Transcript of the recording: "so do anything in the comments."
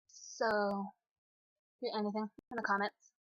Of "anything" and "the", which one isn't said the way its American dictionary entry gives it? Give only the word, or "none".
none